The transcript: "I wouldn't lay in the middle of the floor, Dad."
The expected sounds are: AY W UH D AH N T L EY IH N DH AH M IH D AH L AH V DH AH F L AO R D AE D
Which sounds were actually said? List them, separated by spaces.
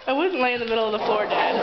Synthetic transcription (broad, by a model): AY W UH D N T L EY IH N DH AH M IH D L AH V DH AH F AO R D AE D